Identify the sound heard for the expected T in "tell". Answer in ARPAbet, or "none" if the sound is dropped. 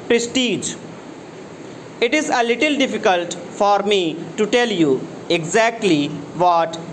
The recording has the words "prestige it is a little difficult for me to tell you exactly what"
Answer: T